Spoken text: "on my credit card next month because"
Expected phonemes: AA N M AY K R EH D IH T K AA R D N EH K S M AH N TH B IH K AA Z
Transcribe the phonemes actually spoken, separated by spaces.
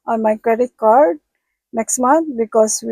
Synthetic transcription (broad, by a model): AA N M AY K R EH D IH T K AA R D N EH K S M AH N T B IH K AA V